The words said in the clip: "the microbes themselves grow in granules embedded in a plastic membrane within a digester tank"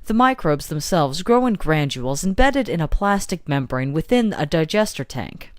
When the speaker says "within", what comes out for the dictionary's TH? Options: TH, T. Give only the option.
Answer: TH